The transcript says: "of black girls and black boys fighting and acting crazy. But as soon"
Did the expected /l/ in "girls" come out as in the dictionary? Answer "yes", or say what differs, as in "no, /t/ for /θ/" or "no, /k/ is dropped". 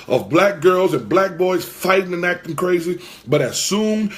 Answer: yes